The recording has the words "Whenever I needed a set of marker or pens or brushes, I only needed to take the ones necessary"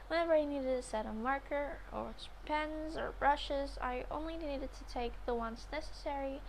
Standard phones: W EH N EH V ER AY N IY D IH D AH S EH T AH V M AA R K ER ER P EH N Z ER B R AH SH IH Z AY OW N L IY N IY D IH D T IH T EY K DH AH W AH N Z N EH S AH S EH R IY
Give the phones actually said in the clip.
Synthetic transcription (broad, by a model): W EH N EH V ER AY N IY D IH D AH S EH T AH M AA R K ER ER P EH N Z ER B R AH SH IH Z AY OW N L IY N IY D IH D T IH T EY K DH AH W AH N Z N EH S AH S EH R IY